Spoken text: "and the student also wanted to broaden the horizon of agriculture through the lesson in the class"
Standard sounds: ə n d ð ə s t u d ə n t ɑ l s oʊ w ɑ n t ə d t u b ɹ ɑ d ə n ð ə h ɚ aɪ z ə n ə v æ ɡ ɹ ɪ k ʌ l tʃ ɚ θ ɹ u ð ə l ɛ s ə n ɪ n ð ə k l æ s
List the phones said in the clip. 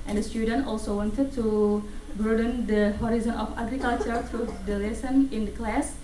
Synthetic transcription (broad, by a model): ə n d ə s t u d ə n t ɑ l s oʊ w ɑ n t ə d t u b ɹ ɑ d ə n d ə h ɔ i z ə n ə f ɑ ɡ ɹ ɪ k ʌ l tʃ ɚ t ɹ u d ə l ɛ s ə n ɪ n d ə k l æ s